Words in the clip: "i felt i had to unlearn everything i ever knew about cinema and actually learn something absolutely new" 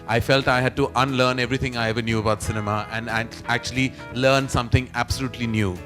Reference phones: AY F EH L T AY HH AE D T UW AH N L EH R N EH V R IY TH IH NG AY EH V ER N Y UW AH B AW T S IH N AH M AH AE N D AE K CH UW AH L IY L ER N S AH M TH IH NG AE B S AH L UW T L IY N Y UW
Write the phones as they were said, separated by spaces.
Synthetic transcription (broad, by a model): AY F EH L T AY HH AE D T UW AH N L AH R N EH V R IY T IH NG AY EH V ER N Y UW AH B AW T S IH N AH M AH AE N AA AE K CH UW AH L IY L ER N S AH M T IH NG AE B S AH L UW T L IY N Y UW